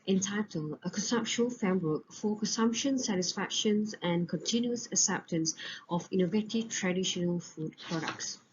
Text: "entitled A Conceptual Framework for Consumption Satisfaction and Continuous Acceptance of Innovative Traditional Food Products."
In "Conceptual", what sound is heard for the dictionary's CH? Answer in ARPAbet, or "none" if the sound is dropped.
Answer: SH